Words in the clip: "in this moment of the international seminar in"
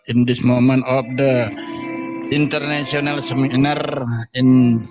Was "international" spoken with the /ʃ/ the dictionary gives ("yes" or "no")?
no